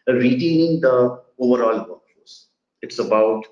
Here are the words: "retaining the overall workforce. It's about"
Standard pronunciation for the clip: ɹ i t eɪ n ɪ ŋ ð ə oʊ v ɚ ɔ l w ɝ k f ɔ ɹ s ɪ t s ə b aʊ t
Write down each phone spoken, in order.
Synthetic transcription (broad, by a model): ɹ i t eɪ n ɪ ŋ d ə oʊ v ɚ ɔ l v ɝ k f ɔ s ɪ t s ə b aʊ t